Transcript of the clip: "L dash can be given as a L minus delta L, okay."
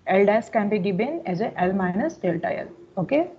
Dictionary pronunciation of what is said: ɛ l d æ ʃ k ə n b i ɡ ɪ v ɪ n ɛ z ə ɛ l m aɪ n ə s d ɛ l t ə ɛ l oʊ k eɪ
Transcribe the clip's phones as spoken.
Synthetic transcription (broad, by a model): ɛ l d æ s k ə n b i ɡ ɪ b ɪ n ɛ z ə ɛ l m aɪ n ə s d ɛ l t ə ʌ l oʊ k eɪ